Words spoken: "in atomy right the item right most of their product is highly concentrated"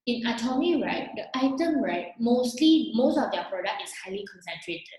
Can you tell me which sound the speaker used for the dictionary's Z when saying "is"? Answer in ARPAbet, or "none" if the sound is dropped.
S